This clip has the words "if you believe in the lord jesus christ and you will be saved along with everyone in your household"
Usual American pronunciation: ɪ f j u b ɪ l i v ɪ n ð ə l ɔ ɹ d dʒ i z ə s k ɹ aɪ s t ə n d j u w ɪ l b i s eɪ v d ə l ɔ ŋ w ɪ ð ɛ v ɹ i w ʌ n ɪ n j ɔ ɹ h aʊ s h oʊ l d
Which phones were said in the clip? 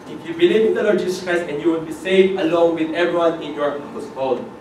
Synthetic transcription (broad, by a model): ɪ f j u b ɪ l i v ɪ n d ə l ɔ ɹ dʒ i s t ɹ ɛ s ə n j u w ɪ l b i s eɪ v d ə l ɔ ŋ w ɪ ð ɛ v ɹ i w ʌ n ɪ n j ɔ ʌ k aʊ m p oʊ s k